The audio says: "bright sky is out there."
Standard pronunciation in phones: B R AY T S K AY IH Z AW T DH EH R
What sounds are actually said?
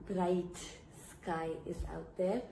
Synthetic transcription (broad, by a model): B R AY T S K AY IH S AW T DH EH R